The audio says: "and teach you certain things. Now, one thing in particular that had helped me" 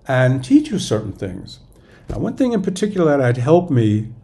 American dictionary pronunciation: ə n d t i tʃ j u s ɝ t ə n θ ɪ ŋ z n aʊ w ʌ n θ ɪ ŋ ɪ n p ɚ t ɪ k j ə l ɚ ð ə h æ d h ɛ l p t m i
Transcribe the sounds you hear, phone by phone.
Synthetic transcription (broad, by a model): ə n t i tʃ j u s ɝ t n θ ɪ ŋ z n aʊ w ʌ n θ ɪ ŋ ɪ n p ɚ t ɪ k j l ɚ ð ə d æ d h ɛ l p m i